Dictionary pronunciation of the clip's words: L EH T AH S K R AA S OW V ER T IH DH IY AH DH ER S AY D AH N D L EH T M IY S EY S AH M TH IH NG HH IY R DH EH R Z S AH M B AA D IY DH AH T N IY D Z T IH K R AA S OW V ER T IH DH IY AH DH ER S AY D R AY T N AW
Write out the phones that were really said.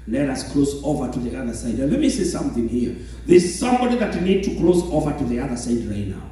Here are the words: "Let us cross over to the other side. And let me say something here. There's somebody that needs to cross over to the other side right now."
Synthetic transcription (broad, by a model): L EH T AH S K L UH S OW V ER T IH DH IY AH DH ER S AY D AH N L EH T M IY S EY S AH M TH IH NG HH IY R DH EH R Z S AH M B AA D IY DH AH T N IY D T IH K L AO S OW V ER T IH DH IY AH DH ER S AY D R AY T N AW